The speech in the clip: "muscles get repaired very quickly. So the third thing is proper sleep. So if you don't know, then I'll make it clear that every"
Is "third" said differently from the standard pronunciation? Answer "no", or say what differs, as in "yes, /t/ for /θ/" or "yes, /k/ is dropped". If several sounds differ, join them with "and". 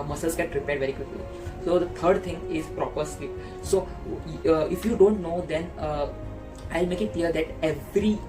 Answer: yes, /t/ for /θ/